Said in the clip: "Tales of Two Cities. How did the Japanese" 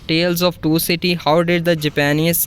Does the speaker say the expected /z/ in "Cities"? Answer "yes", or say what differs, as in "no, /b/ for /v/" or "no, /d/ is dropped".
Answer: no, /z/ is dropped